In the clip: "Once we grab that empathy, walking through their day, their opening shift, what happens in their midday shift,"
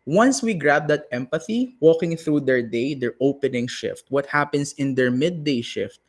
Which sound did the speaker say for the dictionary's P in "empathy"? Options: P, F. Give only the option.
P